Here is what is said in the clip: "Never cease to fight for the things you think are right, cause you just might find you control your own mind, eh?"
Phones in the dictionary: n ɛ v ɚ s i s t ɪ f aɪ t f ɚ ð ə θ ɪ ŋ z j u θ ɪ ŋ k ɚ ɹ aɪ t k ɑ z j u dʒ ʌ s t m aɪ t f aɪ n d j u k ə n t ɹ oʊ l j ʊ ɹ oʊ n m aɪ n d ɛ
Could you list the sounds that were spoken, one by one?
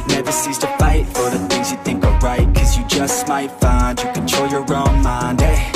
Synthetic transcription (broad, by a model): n ɛ v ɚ s i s t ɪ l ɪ t f ɚ ð ə θ ɪ ŋ z j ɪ θ ɪ ŋ k ɚ ɹ aɪ t k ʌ z j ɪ dʒ ʌ s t m aɪ t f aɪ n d j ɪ k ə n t oʊ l j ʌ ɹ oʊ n m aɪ n d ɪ